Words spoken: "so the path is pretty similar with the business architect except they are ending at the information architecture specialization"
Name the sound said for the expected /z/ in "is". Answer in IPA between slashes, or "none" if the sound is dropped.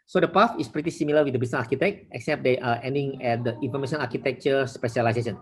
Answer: /s/